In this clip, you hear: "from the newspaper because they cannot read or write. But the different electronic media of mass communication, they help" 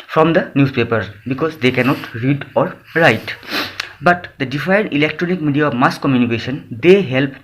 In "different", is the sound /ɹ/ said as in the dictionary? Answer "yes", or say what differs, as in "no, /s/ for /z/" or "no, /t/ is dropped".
no, /ɹ/ is dropped